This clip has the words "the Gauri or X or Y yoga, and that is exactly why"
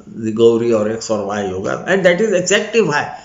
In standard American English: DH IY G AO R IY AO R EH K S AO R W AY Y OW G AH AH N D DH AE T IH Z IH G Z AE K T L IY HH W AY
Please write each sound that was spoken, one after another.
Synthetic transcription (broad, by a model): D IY G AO R IY AO R EH K S AO R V AY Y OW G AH AH N D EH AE T IH Z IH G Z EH K T IY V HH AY